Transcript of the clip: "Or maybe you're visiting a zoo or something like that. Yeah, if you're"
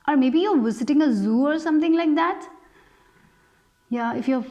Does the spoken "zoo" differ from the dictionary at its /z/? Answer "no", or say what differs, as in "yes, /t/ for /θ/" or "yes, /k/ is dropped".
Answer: no